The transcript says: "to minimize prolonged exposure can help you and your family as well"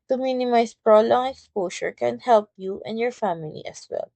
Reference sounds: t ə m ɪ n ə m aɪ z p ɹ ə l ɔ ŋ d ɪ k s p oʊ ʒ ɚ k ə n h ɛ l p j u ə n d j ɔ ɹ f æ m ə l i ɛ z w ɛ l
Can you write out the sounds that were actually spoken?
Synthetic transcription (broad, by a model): t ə m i n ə m aɪ s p ɹ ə l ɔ ŋ ɪ k s p oʊ ʃ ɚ k ə n h ɛ l p j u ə n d j ɔ ɹ f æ m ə l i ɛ s w ɛ l